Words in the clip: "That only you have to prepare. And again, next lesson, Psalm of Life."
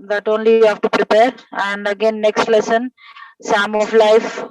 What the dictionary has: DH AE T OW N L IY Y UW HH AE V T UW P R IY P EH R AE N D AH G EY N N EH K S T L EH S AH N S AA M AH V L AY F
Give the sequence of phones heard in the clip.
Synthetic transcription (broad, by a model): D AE T OW N L IY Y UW HH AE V T UW P R IY P EH R AE N D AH G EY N N EH K S T L EH S AH N S AA M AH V L AY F